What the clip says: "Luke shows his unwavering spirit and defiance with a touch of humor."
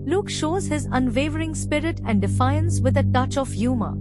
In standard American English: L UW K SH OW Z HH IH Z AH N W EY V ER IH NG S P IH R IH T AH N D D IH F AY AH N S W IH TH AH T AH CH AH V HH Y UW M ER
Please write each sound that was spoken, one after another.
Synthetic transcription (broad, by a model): L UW K SH OW Z HH IH Z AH N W EY V ER IH NG S P IH R IH T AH N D D IH F AY AH N S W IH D AH T AH CH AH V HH Y UW M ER